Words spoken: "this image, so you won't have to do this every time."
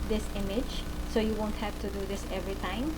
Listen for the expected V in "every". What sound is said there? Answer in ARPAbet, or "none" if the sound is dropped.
V